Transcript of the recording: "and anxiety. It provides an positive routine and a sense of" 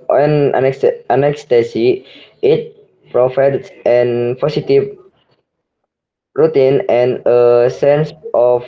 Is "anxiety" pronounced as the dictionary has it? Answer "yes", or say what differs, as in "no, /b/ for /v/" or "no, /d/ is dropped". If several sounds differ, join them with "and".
no, /s/ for /t/